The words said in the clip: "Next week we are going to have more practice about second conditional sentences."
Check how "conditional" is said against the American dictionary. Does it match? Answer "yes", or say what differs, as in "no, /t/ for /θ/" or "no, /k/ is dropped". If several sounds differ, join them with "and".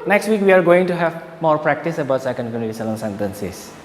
no, /l/ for /n/ and /n/ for /l/